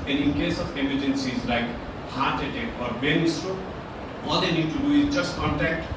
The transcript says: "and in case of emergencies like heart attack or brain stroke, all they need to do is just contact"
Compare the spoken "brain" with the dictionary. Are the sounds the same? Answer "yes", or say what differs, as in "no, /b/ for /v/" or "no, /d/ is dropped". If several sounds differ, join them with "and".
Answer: no, /ɹ/ is dropped